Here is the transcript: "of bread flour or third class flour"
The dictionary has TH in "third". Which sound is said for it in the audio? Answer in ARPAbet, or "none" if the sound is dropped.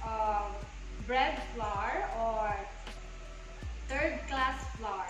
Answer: T